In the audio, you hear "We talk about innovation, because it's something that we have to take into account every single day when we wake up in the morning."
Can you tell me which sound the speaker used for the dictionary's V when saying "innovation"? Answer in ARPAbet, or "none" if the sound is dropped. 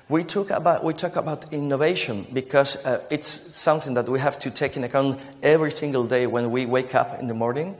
V